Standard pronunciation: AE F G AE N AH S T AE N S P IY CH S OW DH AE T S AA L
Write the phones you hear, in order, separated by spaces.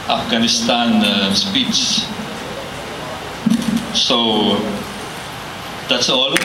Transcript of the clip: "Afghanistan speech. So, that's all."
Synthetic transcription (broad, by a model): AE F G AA N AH S T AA N S P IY S S OW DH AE T S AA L